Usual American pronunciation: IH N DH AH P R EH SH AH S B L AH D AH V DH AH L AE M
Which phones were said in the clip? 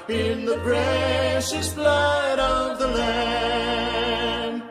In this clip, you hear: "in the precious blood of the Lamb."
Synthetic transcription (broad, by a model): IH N DH AH B R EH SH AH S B L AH D AH V DH AH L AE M